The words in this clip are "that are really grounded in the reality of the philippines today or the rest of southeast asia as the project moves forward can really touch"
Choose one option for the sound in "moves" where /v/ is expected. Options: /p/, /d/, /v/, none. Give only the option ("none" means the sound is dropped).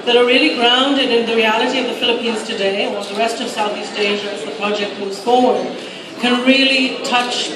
none